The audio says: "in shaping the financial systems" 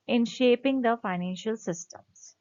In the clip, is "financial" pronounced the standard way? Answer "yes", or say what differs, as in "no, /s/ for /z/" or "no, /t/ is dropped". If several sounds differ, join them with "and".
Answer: yes